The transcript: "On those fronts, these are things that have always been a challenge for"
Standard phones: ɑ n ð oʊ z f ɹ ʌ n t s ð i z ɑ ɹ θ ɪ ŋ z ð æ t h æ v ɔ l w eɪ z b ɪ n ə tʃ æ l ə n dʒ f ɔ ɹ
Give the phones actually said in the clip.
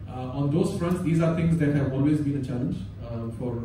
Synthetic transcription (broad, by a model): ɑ n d oʊ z f ɹ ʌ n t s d i z ɑ ɹ t ɪ ŋ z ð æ t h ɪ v ɔ l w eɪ z b ɪ n ə tʃ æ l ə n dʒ f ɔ ɹ